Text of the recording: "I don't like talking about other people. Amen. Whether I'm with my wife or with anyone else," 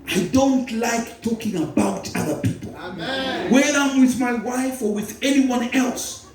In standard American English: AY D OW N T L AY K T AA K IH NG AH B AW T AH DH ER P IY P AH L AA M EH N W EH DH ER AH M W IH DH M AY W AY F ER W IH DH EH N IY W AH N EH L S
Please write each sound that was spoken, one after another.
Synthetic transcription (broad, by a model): AY D OW N T L AY K T AA K IH NG AH B AW T AH DH ER P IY P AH L W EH AA AH M W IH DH M AY W AY F ER W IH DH EH N IY W AH N EH L S